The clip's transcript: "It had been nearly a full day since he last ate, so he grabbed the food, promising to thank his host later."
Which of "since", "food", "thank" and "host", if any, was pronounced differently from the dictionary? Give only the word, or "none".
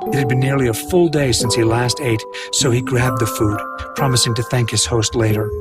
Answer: none